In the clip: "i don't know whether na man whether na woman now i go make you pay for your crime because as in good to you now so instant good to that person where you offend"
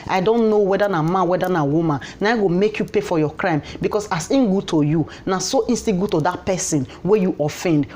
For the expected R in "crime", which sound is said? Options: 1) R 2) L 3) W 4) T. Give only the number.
1